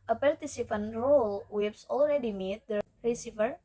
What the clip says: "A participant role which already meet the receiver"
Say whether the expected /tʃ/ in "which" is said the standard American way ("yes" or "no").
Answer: no